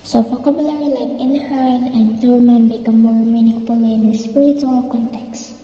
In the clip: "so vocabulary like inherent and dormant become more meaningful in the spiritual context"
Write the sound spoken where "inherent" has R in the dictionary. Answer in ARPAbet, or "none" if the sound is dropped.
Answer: L